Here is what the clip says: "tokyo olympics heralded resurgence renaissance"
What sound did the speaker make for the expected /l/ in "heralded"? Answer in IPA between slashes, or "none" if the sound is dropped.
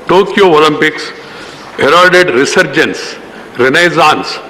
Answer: none